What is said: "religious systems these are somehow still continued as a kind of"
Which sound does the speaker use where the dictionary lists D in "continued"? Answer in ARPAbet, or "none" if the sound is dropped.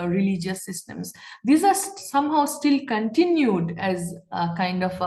D